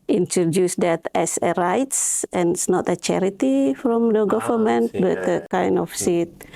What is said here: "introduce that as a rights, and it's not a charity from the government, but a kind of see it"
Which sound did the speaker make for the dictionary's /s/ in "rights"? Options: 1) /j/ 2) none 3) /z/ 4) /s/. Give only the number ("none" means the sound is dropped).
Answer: 4